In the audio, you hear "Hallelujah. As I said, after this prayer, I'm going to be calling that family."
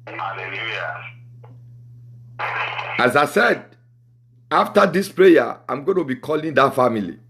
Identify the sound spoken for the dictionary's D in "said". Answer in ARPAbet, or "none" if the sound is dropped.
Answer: D